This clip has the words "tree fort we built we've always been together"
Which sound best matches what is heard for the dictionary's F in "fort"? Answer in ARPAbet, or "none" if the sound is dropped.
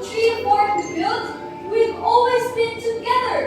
P